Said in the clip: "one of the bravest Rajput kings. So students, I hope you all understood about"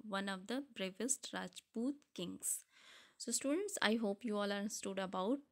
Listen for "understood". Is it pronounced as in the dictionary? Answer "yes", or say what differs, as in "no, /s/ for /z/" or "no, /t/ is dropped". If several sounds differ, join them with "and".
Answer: no, /n/ is dropped